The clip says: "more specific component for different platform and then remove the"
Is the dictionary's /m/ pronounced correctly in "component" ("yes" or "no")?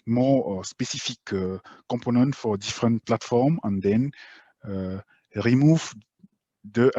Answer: no